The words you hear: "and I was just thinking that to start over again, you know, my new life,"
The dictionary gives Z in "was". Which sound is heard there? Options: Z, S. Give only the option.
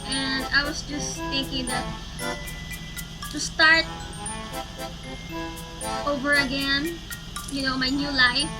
S